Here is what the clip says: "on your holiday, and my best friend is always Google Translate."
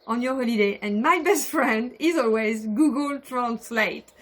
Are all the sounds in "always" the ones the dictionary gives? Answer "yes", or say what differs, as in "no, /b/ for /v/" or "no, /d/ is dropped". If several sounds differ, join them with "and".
yes